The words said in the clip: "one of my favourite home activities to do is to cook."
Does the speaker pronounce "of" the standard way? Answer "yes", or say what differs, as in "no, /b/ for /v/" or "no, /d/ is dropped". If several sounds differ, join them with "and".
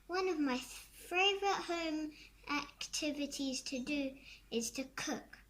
yes